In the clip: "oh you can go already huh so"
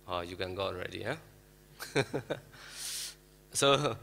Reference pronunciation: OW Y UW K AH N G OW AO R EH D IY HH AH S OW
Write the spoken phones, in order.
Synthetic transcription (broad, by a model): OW Y UW K AH N G OW AO R EH D IY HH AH S OW